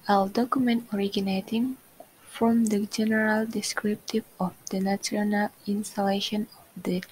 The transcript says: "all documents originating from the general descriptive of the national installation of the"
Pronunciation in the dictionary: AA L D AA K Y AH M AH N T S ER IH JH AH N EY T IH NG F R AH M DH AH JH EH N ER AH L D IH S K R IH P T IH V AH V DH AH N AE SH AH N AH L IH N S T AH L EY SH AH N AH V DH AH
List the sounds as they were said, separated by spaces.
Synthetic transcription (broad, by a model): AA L D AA K Y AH M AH N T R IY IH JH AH N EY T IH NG F R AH M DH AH JH EH N ER AH L D IH S K R IH P T IH V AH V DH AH N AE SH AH N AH L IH N S T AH L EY SH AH N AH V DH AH